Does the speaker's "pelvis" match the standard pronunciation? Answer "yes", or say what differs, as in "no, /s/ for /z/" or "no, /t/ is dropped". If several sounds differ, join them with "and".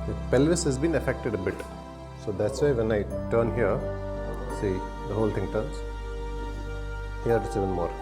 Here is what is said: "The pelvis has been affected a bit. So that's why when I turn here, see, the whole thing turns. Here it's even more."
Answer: yes